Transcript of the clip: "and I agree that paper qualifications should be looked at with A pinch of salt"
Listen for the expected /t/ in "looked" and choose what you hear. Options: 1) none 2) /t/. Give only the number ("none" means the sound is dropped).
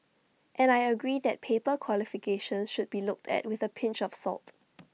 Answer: 2